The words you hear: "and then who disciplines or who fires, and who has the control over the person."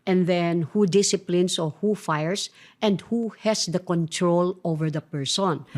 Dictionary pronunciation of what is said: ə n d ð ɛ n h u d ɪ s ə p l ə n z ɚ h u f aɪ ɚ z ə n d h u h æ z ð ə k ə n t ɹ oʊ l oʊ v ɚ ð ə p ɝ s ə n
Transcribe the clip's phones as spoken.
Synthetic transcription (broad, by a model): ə n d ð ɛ n h u d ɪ s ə p l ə n s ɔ h u f aɪ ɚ s ə n d h u h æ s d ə k ə n t ɹ oʊ l oʊ v ɚ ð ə p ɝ s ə n